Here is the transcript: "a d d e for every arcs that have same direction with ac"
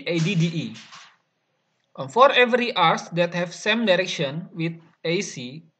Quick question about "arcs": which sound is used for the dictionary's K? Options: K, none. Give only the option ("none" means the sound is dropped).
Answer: none